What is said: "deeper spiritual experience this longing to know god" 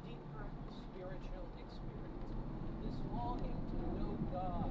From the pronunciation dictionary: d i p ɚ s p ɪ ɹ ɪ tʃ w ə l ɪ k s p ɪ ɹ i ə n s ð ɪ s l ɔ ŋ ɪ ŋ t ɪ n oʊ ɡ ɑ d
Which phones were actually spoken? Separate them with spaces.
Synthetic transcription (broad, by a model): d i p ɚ s p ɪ ɹ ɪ tʃ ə l ɪ k s p ɪ ɹ i ə n s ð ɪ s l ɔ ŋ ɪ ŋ t ɪ l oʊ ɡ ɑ